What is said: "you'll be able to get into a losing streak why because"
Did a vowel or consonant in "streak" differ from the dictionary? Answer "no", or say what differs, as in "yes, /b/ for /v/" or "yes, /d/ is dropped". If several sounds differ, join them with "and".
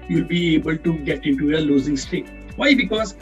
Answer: yes, /ɹ/ is dropped